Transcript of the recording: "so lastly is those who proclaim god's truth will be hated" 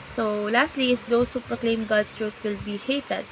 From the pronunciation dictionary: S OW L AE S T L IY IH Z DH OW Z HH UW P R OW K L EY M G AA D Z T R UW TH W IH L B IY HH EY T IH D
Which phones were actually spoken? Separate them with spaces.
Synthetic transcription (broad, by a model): S OW L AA S T L IY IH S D OW S HH UW P R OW K L EY M G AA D S T R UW T W IH L B IY HH EY T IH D